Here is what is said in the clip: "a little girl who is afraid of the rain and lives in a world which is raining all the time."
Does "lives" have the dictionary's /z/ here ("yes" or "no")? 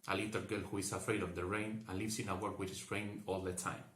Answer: no